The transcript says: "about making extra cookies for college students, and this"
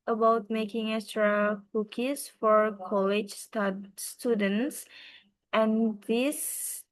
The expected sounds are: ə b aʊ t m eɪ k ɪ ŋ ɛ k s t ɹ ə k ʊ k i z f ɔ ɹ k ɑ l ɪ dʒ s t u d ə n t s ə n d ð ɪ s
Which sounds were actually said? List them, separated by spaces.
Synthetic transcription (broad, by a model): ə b aʊ t m eɪ k ɪ ŋ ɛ s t ɹ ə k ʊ k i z f ɔ ɹ k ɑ l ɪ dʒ s t u d ə n t s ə n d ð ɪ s